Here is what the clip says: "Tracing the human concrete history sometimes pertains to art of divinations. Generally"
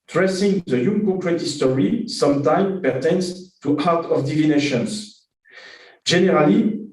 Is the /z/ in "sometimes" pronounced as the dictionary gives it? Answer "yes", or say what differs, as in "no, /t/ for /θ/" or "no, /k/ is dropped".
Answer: no, /z/ is dropped